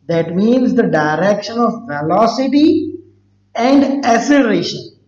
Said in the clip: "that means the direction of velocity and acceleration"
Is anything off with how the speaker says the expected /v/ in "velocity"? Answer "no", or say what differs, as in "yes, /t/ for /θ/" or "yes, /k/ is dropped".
yes, /f/ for /v/